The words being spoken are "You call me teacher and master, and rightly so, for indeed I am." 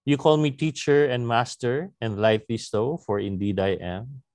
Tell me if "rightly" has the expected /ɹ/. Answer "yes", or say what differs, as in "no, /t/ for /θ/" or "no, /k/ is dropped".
no, /l/ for /ɹ/